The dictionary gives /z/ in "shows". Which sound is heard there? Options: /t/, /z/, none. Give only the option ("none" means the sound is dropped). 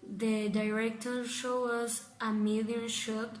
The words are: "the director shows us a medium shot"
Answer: none